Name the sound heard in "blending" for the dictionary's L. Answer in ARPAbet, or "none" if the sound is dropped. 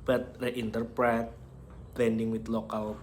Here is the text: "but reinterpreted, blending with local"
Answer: none